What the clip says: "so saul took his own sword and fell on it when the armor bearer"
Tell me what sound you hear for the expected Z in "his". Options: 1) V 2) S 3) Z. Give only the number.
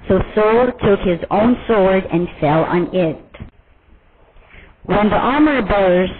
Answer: 3